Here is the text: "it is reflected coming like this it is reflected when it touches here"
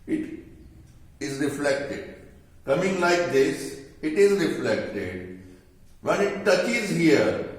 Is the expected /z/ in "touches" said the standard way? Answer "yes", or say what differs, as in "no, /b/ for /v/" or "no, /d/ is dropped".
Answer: yes